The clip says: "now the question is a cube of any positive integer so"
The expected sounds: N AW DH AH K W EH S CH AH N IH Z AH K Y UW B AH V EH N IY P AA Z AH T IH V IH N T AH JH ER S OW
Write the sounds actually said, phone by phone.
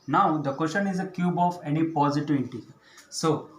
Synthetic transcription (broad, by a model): N AW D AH K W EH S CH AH N IH Z AH K Y UW B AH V EH N IY P AA Z AH T IH V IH T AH S OW